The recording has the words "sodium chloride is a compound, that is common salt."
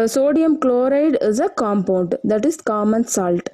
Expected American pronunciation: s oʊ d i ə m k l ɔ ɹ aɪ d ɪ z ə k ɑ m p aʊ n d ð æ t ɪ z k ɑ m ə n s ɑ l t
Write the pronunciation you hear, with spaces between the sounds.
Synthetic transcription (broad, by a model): s oʊ d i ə m k l ɔ ɹ aɪ d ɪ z ə k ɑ m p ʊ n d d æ t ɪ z k ɑ m ə n s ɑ l t